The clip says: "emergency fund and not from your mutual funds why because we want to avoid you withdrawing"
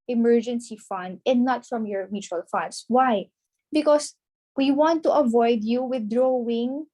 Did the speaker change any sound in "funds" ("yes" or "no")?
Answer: yes